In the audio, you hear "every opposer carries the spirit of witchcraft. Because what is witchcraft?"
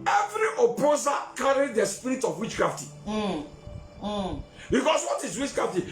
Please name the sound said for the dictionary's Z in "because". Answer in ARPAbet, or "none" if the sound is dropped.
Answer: S